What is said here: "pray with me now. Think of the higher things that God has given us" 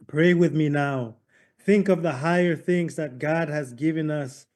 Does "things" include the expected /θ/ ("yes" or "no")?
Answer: yes